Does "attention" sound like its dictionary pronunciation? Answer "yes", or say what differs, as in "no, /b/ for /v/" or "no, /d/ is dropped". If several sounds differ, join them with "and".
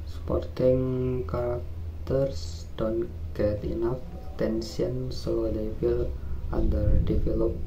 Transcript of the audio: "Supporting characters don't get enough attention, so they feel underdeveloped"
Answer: no, /s/ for /ʃ/